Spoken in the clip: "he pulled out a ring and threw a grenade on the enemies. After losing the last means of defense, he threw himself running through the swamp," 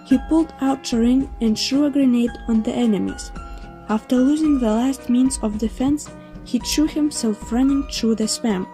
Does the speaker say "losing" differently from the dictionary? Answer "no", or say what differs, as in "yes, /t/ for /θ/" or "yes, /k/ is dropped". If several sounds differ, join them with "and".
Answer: no